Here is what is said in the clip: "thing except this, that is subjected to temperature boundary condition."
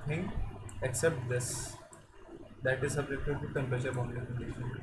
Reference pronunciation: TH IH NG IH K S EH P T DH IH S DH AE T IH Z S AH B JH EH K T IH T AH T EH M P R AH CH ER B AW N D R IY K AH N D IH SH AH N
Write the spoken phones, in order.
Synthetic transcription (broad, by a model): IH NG IH K S EH P T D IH S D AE T IH Z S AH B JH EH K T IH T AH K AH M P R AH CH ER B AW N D IY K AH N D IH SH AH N